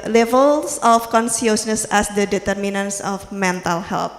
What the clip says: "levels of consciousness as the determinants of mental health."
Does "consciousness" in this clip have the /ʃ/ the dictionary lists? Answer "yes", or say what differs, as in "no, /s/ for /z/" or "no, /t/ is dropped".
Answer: no, /s/ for /ʃ/